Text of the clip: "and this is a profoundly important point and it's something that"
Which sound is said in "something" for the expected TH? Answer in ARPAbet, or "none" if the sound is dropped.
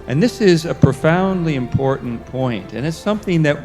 TH